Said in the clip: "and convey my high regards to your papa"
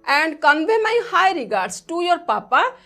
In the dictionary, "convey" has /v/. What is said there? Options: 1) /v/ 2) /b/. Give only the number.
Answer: 2